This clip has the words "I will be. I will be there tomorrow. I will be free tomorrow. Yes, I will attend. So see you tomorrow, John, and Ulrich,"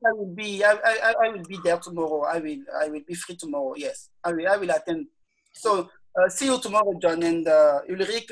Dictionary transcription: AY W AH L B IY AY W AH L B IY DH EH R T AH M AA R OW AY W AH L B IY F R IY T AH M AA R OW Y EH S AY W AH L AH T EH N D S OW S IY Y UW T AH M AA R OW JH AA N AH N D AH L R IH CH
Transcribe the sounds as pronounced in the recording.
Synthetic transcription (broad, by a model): AY W AH L B IY AY W AH L B IY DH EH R T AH M AA R OW AY W AH L B IY F R IY T AH M AA R OW Y EH S AY W AH L AH T EH N D S OW S IY Y UW T AH M AA R OW JH AA N AH N D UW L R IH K